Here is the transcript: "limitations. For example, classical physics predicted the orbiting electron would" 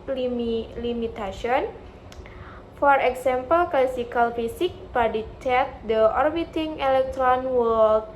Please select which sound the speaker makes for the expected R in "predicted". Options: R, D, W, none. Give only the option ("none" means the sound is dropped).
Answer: none